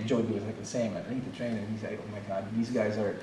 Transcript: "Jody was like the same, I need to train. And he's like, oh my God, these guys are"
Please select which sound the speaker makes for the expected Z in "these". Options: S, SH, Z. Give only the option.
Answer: Z